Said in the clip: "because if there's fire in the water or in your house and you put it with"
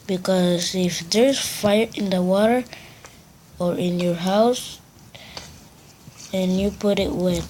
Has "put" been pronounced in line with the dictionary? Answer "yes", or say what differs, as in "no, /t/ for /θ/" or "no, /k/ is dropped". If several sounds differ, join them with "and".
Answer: yes